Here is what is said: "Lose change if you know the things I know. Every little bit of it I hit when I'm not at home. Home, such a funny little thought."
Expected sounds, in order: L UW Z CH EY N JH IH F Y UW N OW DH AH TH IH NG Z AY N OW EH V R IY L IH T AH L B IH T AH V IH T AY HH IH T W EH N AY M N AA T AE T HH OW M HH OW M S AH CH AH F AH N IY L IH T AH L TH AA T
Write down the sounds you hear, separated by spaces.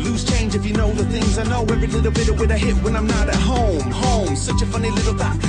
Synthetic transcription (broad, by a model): L UW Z CH EY N JH IH F Y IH N OW DH AH TH IH NG Z AY N OW EH V R IY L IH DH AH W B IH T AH W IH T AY HH IH T W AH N AY M N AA T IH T HH OW M HH OW M S AH CH AH F AH N IY L IH T L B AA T